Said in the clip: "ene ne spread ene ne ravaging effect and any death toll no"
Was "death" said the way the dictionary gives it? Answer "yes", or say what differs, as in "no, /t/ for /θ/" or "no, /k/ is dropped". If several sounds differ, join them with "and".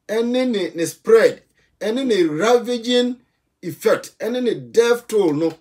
no, /f/ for /θ/